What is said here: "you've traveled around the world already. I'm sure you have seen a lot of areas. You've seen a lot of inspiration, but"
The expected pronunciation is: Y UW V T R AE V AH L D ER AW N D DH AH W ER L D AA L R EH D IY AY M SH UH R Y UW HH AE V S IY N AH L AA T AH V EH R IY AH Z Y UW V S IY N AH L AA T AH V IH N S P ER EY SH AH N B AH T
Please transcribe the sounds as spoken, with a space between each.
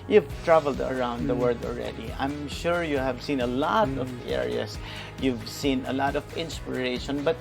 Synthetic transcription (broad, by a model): Y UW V T R AE V AH L D ER AW N D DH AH W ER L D AA L R EH D IY AY M SH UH R Y UW HH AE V S IY N AH L AA T AH V EH R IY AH S Y UW V S IY N AH L AA T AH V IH N S P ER EY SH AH N B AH T